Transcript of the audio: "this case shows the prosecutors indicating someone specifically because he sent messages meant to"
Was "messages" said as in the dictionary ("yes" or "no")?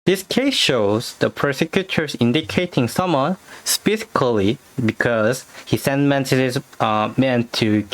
no